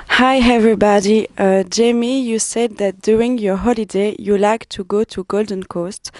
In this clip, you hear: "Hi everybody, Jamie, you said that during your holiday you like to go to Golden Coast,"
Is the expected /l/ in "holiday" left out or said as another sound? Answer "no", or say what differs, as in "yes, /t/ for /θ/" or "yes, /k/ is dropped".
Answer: no